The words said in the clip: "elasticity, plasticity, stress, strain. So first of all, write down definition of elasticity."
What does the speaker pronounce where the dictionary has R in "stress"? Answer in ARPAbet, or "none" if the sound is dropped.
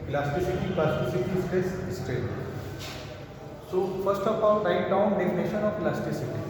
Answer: none